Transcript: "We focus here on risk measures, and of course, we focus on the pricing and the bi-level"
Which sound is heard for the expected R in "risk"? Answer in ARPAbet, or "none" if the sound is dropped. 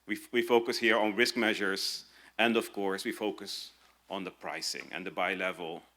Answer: R